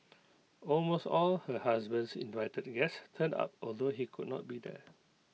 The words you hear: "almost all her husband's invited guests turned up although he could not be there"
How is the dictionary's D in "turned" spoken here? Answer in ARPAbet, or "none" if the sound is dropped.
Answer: none